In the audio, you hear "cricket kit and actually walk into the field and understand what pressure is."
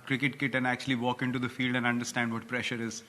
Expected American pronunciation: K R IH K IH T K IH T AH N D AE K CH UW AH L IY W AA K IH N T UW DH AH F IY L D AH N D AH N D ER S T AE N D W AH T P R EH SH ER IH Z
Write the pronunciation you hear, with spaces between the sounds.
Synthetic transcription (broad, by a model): K R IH K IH T K IH T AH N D AE K CH UW AH L IY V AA K IH N T UW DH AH F IY L D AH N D AH N D ER S T AE N D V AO T P R EH SH ER IH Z